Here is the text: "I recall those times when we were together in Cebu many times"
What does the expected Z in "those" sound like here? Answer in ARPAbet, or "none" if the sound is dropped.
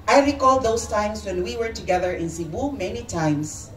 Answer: S